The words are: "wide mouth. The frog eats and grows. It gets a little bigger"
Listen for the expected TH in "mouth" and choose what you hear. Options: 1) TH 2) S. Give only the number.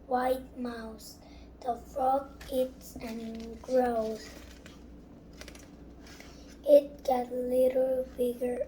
2